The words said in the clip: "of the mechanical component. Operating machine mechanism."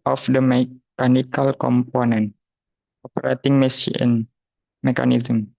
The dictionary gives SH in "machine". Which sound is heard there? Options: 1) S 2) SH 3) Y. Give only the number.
1